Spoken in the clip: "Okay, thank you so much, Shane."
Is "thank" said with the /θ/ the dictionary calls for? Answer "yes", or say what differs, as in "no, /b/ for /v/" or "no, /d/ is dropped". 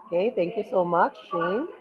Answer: no, /t/ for /θ/